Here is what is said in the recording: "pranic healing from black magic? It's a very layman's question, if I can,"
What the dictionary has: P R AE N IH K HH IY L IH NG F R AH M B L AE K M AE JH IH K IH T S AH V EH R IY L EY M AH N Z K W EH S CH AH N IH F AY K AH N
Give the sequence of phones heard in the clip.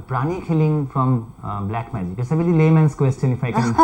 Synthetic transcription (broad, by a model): P R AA N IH K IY L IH NG F R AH M B L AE K M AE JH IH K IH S AH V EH L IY L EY M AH N S K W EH S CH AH N IH F AY K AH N